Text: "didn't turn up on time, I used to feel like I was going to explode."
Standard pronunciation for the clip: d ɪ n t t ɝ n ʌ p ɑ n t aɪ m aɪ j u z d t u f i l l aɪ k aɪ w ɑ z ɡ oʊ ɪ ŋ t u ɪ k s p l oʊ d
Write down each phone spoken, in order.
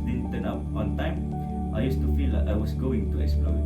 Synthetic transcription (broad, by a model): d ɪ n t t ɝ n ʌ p ɑ n t aɪ m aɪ j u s t u f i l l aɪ aɪ w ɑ s ɡ oʊ ɪ ŋ t u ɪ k s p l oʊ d